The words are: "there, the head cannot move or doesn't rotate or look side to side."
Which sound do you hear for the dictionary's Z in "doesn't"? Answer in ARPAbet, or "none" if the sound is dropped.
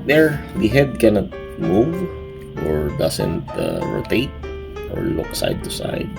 S